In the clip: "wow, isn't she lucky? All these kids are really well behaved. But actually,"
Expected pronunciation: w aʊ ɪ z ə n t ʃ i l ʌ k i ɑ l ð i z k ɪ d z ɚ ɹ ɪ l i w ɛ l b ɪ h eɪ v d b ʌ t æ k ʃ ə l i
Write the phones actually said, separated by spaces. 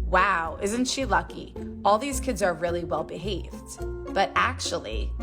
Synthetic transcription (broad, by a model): w aʊ ɪ z n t ʃ i l ʌ k i ɑ l ð i z k ɪ d z ɚ ɹ ɪ l i w ɛ l b ɪ h eɪ v d b ʌ t æ k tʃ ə l i